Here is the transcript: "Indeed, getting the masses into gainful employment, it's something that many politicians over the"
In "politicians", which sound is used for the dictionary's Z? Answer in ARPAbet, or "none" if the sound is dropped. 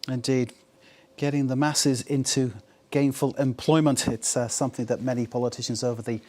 Z